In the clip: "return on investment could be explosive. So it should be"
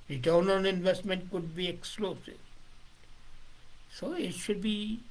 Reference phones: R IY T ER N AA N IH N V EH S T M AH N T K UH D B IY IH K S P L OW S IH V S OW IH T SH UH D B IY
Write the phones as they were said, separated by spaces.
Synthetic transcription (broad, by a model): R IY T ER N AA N IH N V EH S T M AH N T K UH D B IY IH K S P L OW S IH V S OW IH T SH UH D B IY